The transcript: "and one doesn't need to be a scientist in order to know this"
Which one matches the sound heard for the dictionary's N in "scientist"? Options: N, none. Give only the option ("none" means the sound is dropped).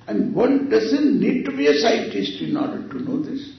none